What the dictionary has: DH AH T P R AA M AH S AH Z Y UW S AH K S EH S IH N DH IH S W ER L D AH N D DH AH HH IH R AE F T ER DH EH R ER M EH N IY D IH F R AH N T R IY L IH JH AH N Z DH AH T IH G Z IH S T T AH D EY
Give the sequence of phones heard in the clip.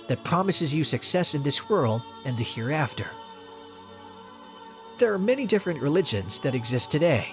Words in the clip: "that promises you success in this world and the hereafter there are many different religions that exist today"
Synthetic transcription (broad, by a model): DH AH T P R AA M AH S AH Z Y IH S AH K S EH S IH N DH IH S W ER L D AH N DH AH HH IH R AE F T ER DH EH R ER M EH N IY D IH F R AH N T R IY L IH JH AH N Z DH AH T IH G Z IH S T T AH D EY